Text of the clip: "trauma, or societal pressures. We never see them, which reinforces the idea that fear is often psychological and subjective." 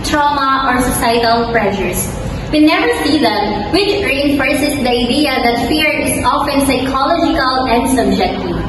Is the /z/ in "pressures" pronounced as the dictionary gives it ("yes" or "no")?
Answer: no